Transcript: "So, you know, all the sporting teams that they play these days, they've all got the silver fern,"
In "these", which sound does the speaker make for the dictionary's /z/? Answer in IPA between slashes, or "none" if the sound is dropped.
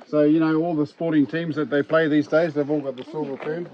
/z/